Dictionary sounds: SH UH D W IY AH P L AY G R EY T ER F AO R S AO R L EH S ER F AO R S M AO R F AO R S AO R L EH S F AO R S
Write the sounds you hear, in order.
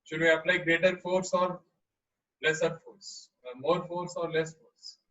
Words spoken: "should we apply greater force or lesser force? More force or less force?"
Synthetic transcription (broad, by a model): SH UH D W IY AH P L AY G R EY T ER F AO R S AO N L EH S ER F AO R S M AO R F AO R S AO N L EH S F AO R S